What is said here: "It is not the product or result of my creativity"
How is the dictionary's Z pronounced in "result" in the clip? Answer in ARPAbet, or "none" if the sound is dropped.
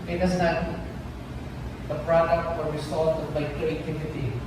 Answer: S